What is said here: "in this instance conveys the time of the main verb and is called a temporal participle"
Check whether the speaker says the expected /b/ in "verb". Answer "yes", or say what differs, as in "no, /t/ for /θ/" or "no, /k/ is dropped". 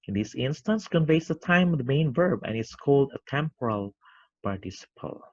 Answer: yes